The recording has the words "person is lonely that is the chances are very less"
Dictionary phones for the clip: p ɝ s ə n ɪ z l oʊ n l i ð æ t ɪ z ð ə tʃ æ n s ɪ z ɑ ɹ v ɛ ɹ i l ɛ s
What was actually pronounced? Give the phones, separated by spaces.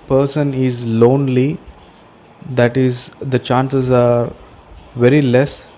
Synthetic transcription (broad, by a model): p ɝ s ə n ɪ z l oʊ n l i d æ t ɪ z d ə tʃ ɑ n s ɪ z ɑ ɹ v ɛ ɹ i l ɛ s